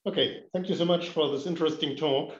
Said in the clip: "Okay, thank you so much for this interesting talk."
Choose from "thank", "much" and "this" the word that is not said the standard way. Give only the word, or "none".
none